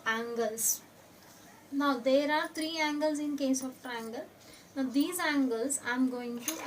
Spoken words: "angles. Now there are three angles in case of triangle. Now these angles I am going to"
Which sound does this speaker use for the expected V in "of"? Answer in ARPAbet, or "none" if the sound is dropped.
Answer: P